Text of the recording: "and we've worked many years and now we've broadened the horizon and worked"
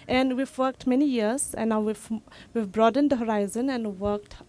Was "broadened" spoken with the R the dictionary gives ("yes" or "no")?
yes